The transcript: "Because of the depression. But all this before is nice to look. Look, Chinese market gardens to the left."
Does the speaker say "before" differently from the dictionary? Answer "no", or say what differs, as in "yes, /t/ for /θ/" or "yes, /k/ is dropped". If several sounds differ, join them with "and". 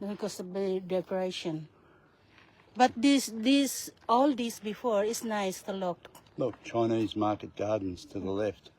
no